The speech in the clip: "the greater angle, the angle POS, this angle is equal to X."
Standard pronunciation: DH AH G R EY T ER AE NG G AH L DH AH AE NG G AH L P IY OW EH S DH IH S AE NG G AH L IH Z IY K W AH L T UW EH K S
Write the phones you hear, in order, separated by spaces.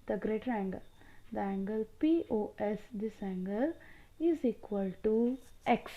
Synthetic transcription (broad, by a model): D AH G R EY T ER AE NG G AH L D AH AE NG G AH L P IY OW EH S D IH S AE NG G AH L IH Z IY K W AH L T UW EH K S